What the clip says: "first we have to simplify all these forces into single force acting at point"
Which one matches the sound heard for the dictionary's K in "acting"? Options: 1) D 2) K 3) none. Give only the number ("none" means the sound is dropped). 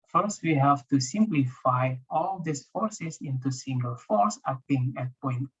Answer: 3